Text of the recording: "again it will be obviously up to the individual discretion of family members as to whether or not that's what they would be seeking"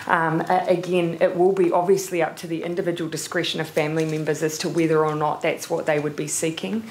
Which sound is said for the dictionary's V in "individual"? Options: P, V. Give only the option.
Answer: V